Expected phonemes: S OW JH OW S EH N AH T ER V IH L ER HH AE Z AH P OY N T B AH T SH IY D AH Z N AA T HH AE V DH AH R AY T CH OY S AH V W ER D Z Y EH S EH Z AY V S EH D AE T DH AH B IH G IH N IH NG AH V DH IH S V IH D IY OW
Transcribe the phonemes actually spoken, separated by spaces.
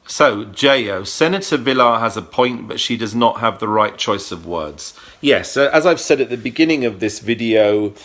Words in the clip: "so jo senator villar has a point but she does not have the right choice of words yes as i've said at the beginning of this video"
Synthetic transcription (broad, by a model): S OW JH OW S EH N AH T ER V IH L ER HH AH Z AH P OY N T B AH T SH IY D AH Z N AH T HH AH V DH AH R AY T CH OY S AH V W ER D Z Y EH S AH Z AY V S EH D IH T DH AH B IH G IH N IH NG AH V DH IH S V IH D IY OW